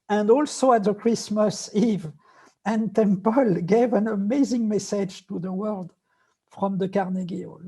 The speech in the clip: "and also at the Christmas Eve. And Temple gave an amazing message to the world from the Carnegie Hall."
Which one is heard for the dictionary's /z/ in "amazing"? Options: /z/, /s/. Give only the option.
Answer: /z/